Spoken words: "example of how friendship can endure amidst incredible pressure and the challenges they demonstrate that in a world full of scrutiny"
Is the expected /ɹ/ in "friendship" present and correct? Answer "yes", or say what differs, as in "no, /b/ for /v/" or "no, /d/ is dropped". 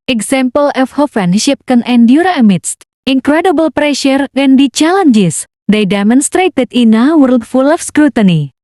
no, /ɹ/ is dropped